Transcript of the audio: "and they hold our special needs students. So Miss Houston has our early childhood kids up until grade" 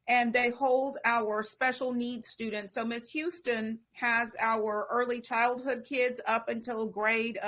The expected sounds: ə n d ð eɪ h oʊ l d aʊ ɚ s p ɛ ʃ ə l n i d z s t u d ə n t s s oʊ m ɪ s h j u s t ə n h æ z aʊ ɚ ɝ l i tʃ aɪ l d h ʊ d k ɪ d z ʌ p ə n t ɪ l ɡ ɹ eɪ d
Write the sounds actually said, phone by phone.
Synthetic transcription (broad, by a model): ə n ð eɪ h oʊ l d aʊ ɚ s p ɛ ʃ l n i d s t u d n t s s oʊ m ɪ s h j u s t ə n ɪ z aʊ ɚ ɝ l i tʃ aɪ l d h ʊ d k ɪ d z ʌ p ə n t ɪ l ɡ ɹ eɪ d